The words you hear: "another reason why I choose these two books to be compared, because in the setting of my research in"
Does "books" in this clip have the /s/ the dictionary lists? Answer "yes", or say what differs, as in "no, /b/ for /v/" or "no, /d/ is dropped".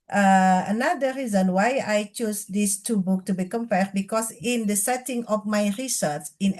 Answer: no, /s/ is dropped